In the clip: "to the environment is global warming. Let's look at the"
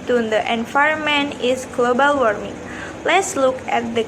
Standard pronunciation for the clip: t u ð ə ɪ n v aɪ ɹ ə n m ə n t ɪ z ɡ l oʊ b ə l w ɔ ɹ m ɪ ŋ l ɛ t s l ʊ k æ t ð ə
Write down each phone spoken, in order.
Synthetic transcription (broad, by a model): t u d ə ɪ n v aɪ ə m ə n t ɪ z ɡ l oʊ b ə l w ɔ ɹ m ɪ ŋ l ɛ t s l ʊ k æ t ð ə